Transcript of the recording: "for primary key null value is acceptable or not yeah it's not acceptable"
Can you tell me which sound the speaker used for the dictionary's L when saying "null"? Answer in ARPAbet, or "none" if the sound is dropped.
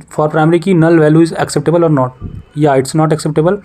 L